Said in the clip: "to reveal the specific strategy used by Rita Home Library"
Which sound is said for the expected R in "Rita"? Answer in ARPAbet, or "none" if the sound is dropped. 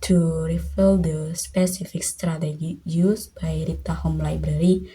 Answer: R